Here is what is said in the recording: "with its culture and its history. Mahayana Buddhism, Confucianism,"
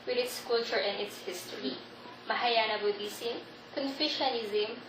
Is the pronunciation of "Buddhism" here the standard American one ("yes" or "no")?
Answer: no